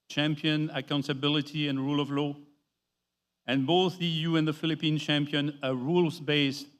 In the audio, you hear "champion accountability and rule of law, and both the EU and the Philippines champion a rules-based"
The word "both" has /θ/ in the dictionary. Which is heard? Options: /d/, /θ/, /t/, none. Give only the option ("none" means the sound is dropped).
/θ/